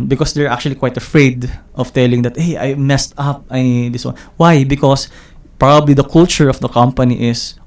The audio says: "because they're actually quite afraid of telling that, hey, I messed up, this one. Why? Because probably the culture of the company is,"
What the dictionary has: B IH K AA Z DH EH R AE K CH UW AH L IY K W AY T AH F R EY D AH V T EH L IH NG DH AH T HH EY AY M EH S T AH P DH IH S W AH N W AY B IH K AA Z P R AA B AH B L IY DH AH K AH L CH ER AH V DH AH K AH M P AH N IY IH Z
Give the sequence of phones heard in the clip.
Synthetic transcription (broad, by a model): B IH K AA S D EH R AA K CH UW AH L IY K W AY T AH F R EY D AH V T EH L IH NG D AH T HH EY AY M EH S T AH P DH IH S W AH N W AY B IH K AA S P R AA B AH B L IY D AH K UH L CH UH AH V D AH K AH M P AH N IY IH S